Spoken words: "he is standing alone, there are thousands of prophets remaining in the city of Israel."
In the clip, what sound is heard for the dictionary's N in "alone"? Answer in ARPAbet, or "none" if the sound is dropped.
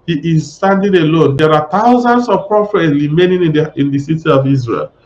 N